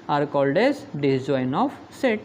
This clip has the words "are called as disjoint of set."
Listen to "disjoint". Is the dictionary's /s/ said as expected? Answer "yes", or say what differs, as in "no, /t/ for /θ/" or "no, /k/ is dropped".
no, /s/ is dropped